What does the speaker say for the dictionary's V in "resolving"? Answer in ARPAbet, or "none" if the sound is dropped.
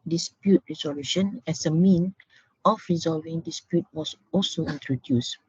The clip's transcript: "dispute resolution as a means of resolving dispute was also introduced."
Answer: V